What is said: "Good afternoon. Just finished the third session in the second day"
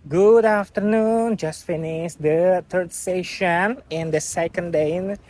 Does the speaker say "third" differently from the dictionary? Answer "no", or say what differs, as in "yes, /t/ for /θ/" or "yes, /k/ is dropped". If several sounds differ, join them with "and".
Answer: yes, /t/ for /θ/